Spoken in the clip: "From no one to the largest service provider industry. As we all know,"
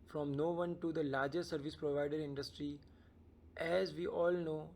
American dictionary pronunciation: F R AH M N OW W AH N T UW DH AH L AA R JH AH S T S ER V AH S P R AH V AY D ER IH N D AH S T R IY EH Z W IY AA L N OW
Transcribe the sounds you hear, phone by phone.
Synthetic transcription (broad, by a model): F R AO M N OW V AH N T UW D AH L AA R JH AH T S ER V AH S P R AH V AY D ER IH N D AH S T R IY EH Z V IY AA L N OW